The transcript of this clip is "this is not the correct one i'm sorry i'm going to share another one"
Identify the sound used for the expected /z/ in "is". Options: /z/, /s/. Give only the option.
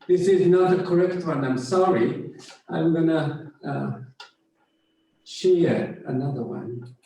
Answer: /z/